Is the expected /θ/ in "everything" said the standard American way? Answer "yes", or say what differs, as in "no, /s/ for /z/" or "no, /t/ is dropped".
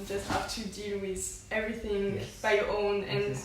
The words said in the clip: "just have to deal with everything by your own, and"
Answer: yes